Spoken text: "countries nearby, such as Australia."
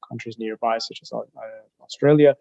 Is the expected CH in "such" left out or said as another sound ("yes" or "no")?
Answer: no